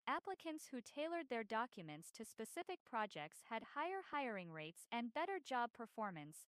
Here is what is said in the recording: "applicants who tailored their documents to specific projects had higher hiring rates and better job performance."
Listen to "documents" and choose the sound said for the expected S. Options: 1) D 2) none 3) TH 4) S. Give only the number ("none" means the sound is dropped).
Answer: 4